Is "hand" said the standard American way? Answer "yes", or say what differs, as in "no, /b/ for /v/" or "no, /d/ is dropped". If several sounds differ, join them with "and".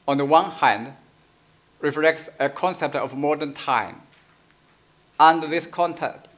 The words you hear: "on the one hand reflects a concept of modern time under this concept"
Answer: yes